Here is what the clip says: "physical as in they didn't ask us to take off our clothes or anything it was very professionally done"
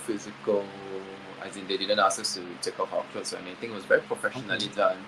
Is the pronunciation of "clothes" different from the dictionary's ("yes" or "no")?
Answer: yes